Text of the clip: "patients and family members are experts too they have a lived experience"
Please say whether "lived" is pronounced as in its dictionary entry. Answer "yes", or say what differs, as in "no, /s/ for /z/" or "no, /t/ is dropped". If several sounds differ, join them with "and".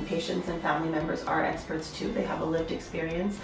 yes